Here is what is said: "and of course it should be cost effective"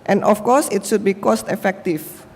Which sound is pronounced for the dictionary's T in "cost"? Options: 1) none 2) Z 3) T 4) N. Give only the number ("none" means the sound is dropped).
3